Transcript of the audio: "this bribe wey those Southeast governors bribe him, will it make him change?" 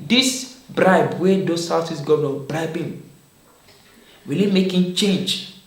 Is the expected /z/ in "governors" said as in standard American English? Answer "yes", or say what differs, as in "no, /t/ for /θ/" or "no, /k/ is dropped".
no, /z/ is dropped